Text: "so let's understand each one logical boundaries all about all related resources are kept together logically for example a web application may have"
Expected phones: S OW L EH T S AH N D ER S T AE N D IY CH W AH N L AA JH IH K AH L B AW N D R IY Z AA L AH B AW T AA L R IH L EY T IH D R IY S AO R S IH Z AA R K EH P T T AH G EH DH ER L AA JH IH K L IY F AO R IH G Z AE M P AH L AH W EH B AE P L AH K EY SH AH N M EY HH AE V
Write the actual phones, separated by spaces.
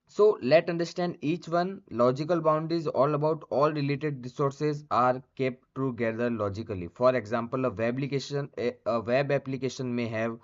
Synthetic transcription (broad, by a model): S OW L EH T AH N D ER S T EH N D IY CH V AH N L AA JH IH K AH L B AW N D R IY Z AA L AH B AW T AA L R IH L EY T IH D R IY S AO R S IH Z AA R K EH P T T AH G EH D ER L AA JH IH K L IY F AO R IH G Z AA M P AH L AH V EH B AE P L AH K EY SH AH N M EY HH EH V